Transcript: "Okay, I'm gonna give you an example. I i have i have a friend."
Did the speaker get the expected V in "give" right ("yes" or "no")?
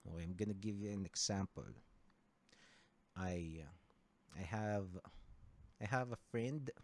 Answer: yes